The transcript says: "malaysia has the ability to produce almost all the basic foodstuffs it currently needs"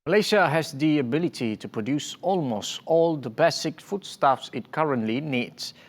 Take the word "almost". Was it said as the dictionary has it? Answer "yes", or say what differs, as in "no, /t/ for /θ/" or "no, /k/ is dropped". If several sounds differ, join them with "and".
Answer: yes